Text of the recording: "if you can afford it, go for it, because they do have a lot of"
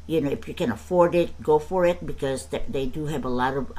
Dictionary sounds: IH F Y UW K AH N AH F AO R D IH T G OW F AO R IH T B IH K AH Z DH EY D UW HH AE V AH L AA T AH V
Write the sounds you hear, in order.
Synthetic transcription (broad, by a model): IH F Y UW K AH N AH F AO R D IH T G OW F AO R IH T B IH K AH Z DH EY D UW HH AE V AH L AA T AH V